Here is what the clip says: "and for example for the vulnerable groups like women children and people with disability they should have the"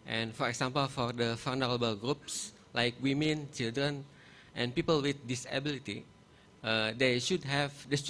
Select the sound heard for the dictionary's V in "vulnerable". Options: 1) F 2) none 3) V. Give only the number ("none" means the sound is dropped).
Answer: 1